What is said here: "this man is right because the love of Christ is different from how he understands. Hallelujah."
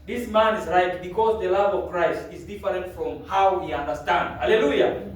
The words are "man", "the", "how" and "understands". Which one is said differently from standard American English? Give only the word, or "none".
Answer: understands